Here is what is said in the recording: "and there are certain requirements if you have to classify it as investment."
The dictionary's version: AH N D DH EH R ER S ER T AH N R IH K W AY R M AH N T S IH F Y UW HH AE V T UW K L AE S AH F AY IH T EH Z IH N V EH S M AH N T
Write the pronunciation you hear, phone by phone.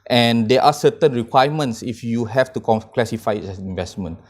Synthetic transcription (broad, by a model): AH N D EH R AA S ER T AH N R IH K W AY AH M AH N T S IH F Y UW HH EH F T UW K L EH S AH F AY IH T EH S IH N V EH S M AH N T